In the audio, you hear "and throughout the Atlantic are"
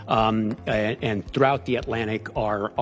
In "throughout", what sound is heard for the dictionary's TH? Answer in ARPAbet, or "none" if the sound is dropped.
TH